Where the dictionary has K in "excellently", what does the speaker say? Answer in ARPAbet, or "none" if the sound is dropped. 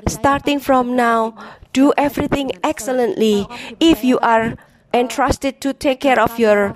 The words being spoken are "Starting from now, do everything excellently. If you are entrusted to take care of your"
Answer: K